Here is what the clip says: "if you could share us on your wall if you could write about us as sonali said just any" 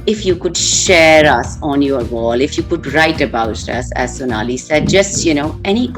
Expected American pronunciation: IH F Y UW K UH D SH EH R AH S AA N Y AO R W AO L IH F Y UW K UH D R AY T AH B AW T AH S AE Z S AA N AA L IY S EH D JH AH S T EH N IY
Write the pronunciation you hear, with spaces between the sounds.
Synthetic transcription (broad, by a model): IH F Y UW K UH D SH EH R AH S AA N Y AO R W AO L IH F Y UW K UH D R AY T AH B AW T AH S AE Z S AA N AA L IY S EH D JH AH S T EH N IY